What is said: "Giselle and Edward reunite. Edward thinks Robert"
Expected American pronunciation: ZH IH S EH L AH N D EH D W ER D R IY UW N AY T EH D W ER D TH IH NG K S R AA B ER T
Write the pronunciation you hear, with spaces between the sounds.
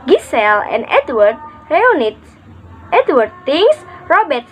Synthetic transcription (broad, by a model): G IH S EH L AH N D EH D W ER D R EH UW N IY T EH D W ER D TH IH NG S R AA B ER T